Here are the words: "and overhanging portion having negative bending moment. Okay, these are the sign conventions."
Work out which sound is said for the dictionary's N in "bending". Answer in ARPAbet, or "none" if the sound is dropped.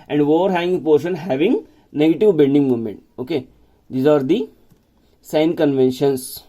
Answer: L